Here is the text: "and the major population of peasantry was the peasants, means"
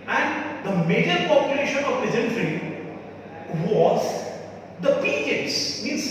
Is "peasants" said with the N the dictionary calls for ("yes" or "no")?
no